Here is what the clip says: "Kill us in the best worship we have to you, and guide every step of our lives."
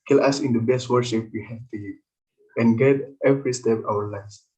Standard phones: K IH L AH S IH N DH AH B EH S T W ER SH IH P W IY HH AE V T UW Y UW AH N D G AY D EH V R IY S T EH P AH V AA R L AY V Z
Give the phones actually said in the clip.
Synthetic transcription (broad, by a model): K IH L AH S IH N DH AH B EH S T W ER SH IH P W IY HH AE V T UW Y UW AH N G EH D EH V R IY S T EH P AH W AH R L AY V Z